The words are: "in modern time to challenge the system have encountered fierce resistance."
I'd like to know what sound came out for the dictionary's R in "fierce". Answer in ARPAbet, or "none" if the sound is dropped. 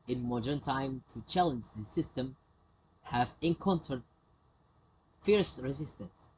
R